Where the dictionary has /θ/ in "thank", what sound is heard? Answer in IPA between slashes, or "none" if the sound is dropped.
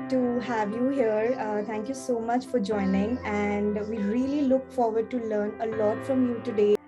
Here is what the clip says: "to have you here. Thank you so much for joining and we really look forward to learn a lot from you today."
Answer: /t/